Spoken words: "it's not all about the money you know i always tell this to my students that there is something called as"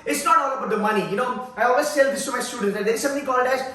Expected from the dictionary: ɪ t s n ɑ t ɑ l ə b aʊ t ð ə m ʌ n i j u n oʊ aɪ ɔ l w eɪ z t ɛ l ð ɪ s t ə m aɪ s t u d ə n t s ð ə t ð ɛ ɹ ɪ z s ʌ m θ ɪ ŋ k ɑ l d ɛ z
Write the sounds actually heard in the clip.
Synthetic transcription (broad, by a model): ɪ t s n ɑ t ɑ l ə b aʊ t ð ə m ʌ n i j u n oʊ aɪ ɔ l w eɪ s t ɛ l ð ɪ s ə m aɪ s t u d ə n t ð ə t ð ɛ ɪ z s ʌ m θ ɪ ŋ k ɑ n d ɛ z